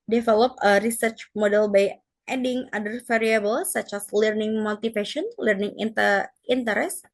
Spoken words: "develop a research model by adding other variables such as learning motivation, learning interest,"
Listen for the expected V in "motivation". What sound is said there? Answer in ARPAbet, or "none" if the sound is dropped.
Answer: F